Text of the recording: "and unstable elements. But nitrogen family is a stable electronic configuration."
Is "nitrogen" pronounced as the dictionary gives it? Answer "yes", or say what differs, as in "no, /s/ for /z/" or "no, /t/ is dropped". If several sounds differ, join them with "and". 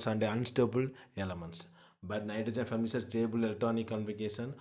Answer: no, /ɹ/ is dropped